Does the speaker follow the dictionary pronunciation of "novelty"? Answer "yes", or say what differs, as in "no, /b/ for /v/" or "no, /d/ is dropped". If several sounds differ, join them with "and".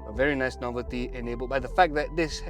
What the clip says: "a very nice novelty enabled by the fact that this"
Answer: yes